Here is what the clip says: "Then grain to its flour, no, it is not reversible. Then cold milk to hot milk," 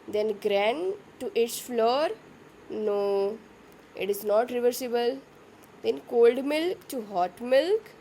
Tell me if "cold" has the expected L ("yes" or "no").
yes